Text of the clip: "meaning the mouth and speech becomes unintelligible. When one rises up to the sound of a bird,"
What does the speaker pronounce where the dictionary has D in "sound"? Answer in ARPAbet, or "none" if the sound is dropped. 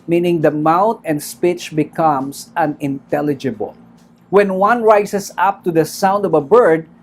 D